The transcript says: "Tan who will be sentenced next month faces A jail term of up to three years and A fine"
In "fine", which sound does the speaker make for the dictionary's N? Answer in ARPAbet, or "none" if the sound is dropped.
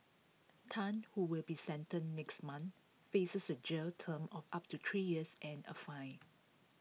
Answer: none